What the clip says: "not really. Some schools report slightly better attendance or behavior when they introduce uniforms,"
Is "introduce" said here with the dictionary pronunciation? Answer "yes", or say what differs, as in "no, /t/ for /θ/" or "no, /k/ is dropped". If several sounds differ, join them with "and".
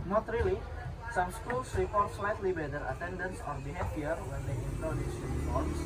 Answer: no, /ɹ/ is dropped